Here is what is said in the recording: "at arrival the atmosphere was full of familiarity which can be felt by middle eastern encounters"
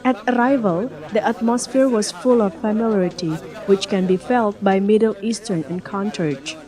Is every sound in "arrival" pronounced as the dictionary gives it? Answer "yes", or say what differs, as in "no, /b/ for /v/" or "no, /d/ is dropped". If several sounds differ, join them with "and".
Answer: yes